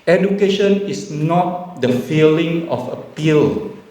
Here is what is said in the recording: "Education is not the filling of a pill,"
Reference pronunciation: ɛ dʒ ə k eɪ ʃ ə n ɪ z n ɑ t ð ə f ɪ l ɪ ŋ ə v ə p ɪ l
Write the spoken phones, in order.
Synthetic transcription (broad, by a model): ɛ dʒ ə k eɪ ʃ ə n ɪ s n ɑ t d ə f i l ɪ ŋ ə f ə p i l